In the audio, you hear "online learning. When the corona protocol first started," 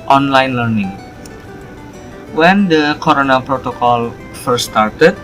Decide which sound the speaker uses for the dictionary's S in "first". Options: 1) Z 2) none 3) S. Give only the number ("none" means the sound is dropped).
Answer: 2